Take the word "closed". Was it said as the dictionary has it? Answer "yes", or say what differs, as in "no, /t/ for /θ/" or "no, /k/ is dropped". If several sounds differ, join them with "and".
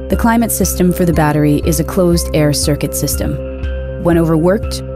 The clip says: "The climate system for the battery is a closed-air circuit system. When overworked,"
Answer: yes